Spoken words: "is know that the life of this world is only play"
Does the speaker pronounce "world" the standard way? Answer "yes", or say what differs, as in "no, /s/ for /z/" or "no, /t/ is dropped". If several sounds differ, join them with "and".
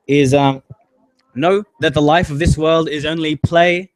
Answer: yes